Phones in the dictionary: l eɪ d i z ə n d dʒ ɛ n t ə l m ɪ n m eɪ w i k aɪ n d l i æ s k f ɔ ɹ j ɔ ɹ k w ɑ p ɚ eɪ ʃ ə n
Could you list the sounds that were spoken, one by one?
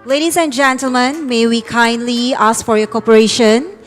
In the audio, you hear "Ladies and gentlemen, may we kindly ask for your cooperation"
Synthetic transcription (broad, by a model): l eɪ d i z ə n dʒ ɛ n t ə l m ɪ n m eɪ w i k aɪ n d l i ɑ s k f ɔ ɹ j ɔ k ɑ p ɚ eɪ ʃ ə n